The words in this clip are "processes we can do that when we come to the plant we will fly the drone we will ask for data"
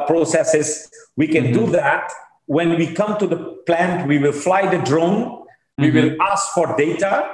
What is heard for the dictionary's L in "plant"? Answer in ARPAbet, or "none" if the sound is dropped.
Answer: L